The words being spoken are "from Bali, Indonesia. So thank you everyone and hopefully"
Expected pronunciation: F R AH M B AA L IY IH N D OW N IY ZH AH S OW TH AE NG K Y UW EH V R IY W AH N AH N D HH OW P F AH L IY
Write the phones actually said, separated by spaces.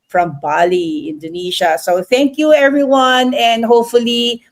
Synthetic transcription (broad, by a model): F R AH M B AA L IY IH N D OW N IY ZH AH S OW TH AE NG K Y UW EH V R IY W AH N AH N D HH OW P F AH L IY